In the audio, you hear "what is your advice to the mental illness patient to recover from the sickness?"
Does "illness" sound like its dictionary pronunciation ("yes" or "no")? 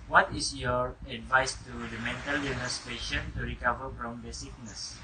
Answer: no